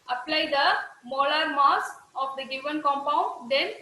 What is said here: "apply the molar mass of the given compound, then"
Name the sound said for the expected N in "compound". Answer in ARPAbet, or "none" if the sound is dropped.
N